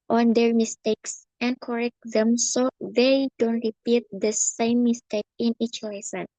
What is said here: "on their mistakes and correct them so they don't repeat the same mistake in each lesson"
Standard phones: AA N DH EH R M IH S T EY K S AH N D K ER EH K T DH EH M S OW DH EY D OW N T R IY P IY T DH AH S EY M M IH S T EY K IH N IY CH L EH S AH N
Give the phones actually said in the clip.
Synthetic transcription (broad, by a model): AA N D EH R M IH S T EY K S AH N K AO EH K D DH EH M S OW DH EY D OW N T R IY P IY T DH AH S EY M M IH S T EY K IH N IY CH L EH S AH N